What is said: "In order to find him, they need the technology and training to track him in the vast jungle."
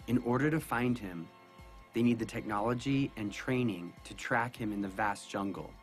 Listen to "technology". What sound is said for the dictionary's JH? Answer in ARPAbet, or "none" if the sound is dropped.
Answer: JH